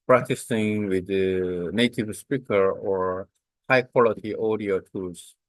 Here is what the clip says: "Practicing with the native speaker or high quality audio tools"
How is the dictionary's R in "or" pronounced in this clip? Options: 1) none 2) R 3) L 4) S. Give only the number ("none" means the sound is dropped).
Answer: 2